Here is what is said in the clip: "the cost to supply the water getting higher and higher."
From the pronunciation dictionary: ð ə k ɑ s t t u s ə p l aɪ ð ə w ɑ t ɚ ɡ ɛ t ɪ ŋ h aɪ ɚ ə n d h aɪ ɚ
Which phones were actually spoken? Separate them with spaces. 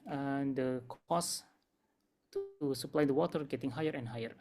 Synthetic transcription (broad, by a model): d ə k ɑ s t t u s ə p l aɪ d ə w ɑ t ɚ ɡ ɛ t ɪ ŋ h aɪ ɚ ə n h aɪ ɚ